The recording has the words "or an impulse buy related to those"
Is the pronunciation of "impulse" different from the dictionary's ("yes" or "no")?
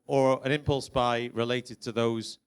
no